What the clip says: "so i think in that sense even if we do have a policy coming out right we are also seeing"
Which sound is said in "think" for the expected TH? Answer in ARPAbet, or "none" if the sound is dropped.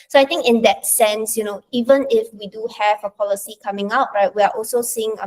T